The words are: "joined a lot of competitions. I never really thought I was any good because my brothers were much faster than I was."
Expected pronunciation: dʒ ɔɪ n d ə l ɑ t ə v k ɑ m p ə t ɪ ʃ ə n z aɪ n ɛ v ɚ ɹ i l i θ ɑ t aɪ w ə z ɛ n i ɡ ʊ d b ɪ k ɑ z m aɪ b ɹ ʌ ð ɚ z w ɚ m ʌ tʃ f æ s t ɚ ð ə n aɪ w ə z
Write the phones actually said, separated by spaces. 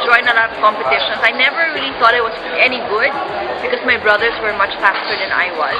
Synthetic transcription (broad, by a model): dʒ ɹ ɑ ə n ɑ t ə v k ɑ m p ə t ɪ ʃ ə n s aɪ n ɛ v ɚ ɹ i l i θ ɑ t aɪ w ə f ɛ n i ɡ ʊ d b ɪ k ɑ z m aɪ b ɹ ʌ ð ɚ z w ɚ m ʌ tʃ f æ s t ɚ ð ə n aɪ w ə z